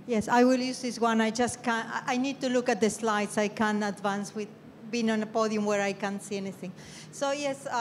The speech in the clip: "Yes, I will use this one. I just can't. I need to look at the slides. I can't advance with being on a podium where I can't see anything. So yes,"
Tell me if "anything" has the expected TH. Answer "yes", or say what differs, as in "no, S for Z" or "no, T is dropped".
yes